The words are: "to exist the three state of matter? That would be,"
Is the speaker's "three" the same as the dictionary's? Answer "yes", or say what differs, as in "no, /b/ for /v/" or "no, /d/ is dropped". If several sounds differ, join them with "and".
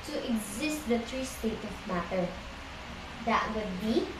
no, /t/ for /θ/